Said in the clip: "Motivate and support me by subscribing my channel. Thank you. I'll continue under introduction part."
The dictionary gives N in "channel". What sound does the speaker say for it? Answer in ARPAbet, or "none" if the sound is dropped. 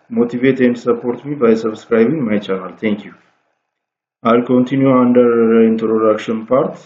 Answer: L